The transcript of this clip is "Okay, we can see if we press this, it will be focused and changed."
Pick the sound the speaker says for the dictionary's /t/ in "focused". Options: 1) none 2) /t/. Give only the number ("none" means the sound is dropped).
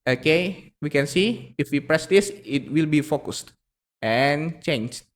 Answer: 2